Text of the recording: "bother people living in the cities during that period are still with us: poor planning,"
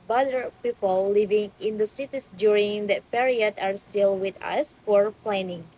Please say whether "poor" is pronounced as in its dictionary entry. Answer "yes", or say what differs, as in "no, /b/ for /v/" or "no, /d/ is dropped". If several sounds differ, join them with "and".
no, /f/ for /p/